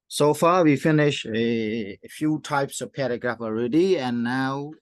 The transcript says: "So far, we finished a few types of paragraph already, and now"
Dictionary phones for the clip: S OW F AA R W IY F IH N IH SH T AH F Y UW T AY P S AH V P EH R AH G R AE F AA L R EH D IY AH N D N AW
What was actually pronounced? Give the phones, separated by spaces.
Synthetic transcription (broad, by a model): S OW F AA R W IY F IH N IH SH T AH F Y UW T AY P S AH V P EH R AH G R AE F AA L R EH D IY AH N N AW